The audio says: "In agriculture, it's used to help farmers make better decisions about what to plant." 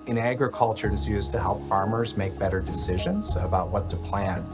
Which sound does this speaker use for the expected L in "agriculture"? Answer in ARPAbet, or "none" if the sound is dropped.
L